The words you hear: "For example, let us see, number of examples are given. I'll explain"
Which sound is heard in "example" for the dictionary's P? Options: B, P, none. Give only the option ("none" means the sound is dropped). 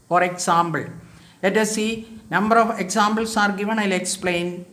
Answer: B